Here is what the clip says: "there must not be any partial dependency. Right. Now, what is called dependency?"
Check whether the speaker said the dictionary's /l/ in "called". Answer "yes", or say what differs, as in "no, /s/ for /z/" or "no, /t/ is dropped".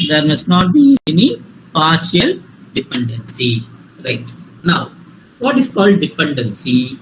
yes